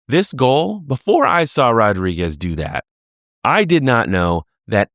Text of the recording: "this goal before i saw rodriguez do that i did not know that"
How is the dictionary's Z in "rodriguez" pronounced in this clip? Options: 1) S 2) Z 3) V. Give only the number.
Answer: 2